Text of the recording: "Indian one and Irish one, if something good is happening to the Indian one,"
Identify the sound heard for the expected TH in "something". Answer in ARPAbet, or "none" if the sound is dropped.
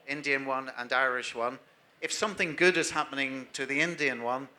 TH